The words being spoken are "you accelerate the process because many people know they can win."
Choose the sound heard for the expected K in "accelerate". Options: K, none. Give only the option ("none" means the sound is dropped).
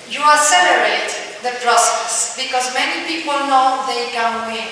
none